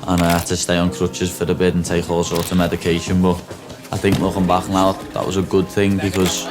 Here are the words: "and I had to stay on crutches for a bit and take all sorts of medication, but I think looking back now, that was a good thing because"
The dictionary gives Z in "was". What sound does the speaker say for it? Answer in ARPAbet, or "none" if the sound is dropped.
Z